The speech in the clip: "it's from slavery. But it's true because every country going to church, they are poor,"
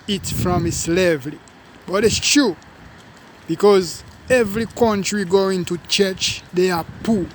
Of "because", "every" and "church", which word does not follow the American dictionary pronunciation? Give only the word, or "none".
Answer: none